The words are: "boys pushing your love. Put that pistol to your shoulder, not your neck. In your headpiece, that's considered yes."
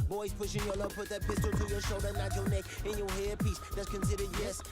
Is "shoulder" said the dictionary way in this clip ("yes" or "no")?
yes